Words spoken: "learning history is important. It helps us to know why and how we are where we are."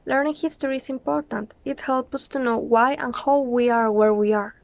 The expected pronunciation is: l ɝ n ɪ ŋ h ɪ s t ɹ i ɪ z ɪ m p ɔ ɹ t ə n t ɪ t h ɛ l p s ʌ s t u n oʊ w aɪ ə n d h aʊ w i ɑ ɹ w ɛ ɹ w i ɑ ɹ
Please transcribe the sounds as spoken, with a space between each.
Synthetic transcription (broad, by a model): l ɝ n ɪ ŋ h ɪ s t ɹ i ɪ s ɪ m p ɔ ɹ t ə n t ɪ t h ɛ l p ʌ s t u n oʊ w aɪ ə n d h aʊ w i ɑ ɹ w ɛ ɹ w i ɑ ɹ